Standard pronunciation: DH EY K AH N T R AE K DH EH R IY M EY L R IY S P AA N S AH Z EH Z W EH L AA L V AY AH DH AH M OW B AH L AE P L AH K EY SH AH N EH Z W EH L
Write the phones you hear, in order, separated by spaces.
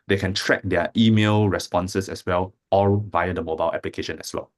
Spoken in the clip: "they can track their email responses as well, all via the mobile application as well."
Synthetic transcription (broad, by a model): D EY K AH N T R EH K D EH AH IY M EY L R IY S P AA N S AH S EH S W EH L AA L V AY AH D AH M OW B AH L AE P L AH K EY SH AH N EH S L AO